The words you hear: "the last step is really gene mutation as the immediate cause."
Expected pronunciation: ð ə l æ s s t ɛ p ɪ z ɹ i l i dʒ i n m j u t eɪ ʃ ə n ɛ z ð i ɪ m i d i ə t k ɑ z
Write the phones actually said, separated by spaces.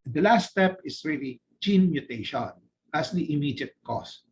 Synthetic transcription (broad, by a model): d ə l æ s s t ɛ p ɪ s ɹ i l i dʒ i n m j u t eɪ ʃ ə n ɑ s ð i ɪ m i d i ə t k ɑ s